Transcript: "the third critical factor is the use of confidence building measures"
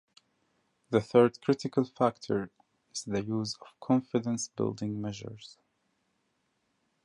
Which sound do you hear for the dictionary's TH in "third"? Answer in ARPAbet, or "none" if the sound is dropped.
TH